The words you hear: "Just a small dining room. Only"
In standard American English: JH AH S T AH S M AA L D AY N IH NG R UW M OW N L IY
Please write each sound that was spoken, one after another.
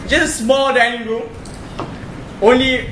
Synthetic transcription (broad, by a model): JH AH AH S M AA L D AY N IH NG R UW OW N L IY